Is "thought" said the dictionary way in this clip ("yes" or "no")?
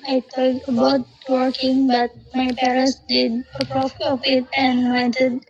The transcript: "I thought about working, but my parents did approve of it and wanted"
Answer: no